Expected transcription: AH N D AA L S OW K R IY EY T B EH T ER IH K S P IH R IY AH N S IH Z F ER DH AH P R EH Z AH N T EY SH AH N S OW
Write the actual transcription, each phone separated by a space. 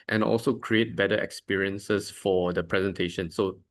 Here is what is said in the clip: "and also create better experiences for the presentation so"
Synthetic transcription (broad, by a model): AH N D AA L S OW K R IY EY T B EH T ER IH K S P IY R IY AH N S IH S F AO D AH P R EH Z AH N T EY SH AH N S OW